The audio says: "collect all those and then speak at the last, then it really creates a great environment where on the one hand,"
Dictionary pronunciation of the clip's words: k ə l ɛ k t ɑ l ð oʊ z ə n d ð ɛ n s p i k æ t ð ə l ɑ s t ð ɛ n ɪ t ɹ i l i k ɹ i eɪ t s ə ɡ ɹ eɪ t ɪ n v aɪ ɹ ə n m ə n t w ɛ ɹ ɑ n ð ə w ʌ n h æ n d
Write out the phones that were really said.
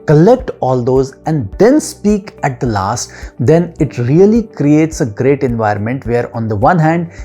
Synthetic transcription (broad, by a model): k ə l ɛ k t ɑ l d oʊ z ə n d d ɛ n s p i k æ t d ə l ɑ s t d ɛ n ɪ t ɹ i l i k ɹ i eɪ t s ə ɡ ɹ eɪ t ɪ n v aɪ ɹ ə n m ə n t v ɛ ɹ ɑ n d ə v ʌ n h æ n d